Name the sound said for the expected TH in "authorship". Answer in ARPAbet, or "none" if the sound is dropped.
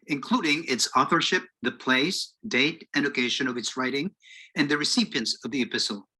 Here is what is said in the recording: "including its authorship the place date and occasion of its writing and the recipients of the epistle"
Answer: TH